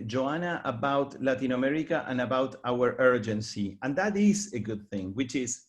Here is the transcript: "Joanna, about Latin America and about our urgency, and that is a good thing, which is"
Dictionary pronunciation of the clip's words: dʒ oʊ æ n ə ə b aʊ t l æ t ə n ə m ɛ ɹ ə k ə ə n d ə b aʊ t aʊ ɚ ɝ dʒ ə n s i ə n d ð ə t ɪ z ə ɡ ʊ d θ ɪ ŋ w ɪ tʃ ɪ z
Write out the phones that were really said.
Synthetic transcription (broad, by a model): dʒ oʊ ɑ n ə ə b aʊ t l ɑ t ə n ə m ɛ ɹ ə k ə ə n ə b aʊ t aʊ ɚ ɝ dʒ ə n s i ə n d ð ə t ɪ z ə ɡ ʊ d θ ɪ ŋ w ɪ tʃ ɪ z